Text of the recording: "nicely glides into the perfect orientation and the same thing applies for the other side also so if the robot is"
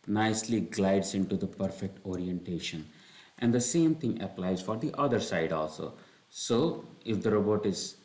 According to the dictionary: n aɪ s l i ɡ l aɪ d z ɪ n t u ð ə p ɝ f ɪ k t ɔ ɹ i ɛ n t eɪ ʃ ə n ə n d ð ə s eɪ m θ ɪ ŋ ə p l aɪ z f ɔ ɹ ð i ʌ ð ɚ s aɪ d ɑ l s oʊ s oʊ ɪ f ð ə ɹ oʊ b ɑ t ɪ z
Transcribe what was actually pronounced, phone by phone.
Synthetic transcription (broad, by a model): n aɪ s l i ɡ l aɪ d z ɪ n t u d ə p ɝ f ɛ k t ɔ ɹ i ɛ n t eɪ ʃ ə n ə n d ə s eɪ m t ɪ ŋ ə p l aɪ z f ɔ ɹ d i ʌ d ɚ s aɪ d ɑ l s oʊ s oʊ ɪ f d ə ɹ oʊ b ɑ t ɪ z